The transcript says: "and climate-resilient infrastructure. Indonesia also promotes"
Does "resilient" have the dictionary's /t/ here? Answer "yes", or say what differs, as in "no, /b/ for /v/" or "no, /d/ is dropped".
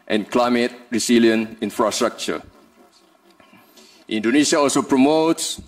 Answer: no, /t/ is dropped